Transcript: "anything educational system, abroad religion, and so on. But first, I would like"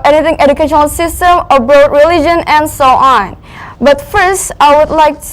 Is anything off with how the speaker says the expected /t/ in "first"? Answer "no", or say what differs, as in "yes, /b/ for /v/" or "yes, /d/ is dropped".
no